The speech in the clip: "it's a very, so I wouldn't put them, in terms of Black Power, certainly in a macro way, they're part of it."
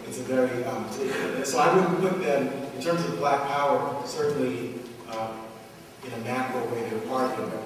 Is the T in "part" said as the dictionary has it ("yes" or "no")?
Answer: no